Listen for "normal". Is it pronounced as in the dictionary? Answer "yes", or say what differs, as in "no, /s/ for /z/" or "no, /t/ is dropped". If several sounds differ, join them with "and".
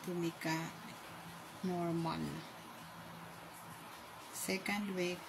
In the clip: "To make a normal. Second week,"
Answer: no, /n/ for /l/